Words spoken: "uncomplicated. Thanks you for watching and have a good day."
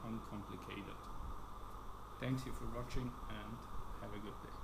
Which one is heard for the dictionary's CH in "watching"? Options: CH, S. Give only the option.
CH